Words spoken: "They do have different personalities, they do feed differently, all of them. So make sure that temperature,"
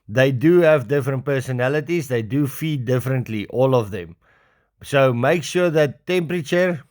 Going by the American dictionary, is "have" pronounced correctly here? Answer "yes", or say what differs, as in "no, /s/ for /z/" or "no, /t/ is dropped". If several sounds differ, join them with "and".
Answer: yes